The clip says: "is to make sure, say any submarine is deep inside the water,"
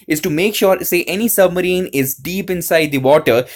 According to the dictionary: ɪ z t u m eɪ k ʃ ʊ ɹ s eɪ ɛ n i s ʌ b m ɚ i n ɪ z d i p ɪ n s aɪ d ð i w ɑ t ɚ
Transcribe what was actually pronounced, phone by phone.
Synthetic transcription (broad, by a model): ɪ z t u m eɪ k ʃ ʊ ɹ s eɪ ɛ n i s ʌ b m ɚ i n ɪ z d i p ɪ n s aɪ d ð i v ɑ t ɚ